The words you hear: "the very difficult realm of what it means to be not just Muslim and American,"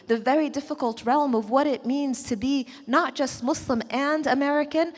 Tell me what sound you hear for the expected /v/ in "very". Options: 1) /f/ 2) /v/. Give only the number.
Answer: 2